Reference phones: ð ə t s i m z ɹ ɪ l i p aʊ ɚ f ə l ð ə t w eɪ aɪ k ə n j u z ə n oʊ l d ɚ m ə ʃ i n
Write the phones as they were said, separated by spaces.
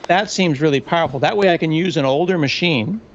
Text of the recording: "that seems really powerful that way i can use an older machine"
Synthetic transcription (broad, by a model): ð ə t s i m z ɹ ɪ l i p aʊ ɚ f l ð ə t w eɪ aɪ k ə n j u z ə n oʊ l d ɚ m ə ʃ i n